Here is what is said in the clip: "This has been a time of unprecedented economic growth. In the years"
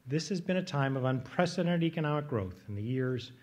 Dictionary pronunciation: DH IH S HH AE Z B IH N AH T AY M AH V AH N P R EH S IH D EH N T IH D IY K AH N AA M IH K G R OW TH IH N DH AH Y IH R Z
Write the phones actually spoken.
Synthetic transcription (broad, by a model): DH IH S HH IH Z B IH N AH T AY M AH V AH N P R EH S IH D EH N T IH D IY K AH N AA M IH K G R OW TH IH N DH AH Y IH R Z